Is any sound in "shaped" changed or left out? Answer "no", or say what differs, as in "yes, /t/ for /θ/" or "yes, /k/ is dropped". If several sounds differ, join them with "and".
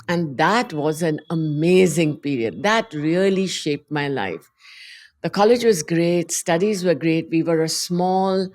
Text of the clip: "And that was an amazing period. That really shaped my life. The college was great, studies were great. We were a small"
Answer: no